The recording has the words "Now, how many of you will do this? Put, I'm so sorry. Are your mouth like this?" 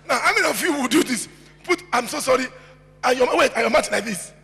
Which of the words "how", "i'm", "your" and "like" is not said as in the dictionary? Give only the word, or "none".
your